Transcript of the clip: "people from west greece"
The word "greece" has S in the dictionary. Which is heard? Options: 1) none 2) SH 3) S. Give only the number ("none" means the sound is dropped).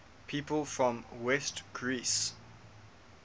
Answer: 3